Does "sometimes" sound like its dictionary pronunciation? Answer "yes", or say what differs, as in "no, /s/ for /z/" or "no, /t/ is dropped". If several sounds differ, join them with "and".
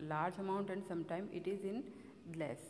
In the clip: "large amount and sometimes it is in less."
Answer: no, /z/ is dropped